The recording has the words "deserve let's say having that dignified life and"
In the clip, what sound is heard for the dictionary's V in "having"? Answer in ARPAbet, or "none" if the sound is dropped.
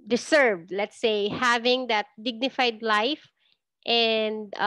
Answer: V